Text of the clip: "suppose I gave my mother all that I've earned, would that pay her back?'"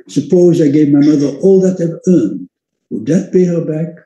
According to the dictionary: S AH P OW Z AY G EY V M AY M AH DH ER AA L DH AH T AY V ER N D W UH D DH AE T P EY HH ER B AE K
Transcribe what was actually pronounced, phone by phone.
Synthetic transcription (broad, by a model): S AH P OW Z AY G EY V M AY M AH DH ER AA L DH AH T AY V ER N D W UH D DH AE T B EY HH ER B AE K